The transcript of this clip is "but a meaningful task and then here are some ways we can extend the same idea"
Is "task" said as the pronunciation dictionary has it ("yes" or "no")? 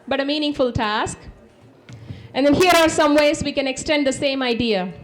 yes